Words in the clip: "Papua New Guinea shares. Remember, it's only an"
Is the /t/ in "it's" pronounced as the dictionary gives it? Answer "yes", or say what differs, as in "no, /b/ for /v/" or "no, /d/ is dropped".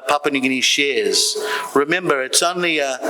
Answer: yes